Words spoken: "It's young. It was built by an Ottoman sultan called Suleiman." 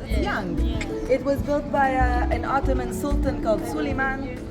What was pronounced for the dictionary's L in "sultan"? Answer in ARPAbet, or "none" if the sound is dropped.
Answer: L